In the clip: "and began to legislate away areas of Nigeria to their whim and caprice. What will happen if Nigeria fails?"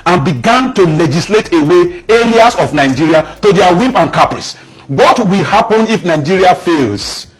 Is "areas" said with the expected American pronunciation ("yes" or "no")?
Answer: no